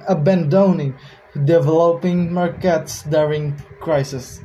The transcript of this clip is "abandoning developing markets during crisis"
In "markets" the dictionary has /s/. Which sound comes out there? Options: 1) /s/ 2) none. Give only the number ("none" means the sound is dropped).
1